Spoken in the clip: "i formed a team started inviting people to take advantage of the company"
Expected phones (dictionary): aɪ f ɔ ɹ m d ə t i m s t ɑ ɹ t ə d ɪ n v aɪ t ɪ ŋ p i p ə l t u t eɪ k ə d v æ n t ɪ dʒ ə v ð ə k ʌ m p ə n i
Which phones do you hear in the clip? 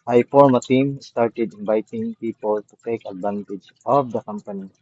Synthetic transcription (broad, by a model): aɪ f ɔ ɹ m ə t i m s t ɑ ɹ t ə d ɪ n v aɪ t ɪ ŋ p i p ə l t u t eɪ k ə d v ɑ n t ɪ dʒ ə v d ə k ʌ m p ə n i